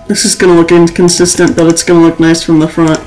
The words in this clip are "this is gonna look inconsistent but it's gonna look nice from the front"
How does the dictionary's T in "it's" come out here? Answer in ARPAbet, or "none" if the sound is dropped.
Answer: T